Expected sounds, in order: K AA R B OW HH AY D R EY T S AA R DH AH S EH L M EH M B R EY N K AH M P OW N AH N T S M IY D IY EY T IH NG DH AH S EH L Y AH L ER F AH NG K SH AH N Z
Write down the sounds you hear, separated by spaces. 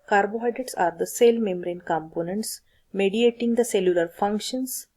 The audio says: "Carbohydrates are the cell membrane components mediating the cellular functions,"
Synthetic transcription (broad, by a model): K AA R B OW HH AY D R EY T S AA R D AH S EH L M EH M R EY N K AH M P OW N AH N T S M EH D IY EY T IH NG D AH S EH L Y AH L ER F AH NG K SH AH N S